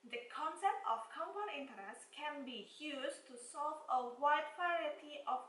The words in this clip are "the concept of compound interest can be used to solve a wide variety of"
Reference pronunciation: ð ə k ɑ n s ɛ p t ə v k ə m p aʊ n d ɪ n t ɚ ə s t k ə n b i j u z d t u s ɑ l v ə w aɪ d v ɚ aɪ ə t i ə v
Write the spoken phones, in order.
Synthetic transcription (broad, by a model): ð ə k ɑ n s ɛ p t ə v k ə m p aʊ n ɪ n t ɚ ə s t k ə n b i j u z t u s ɑ l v ə w aɪ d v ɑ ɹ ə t i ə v